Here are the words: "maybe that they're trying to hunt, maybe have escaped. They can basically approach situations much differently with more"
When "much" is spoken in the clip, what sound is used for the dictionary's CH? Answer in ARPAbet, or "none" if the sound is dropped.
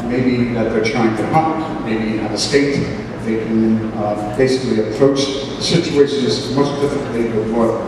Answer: S